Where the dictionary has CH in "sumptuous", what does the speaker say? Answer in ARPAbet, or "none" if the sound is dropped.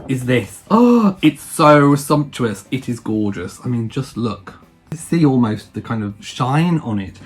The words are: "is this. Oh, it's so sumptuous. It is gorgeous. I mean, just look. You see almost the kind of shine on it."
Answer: CH